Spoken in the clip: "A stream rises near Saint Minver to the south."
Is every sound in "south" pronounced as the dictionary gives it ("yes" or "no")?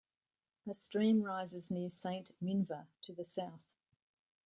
yes